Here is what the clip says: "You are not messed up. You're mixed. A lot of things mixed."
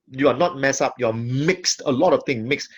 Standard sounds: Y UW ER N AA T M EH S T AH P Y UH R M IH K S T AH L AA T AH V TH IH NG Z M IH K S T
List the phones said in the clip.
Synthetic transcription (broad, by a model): Y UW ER N AA T M EH S AH P Y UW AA M IH K S T AH L AA T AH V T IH NG M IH K S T